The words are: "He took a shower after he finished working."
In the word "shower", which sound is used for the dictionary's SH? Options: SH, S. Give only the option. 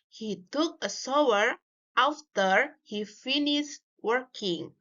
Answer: S